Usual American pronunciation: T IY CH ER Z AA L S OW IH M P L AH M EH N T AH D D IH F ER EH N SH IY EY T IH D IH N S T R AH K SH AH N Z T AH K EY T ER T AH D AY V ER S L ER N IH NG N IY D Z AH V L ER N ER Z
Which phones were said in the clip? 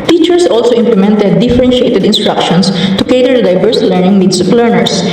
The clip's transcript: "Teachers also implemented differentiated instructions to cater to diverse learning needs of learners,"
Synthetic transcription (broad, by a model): T IY CH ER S AA L S OW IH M P L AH M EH N T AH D D IH F ER EH N SH IY EY T IH D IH N S T R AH K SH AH N S T AH K EY T ER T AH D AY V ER S L ER N IH NG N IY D S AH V L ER N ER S